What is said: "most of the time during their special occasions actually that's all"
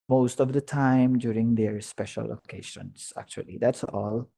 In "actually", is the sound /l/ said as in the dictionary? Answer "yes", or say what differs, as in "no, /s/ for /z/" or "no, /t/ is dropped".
yes